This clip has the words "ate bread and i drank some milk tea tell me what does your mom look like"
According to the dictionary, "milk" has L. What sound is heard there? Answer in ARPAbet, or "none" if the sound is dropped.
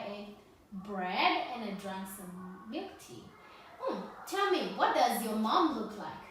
none